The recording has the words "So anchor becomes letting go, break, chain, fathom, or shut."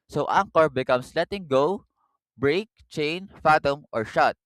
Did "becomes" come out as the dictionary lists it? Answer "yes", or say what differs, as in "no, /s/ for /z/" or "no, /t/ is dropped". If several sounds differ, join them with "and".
no, /s/ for /z/